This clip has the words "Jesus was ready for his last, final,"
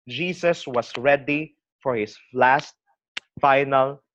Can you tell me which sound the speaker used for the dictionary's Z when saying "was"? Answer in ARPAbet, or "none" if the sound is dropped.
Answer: S